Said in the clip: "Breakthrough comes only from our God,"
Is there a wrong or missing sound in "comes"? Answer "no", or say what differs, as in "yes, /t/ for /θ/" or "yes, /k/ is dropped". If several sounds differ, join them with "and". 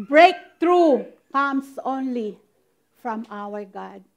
yes, /s/ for /z/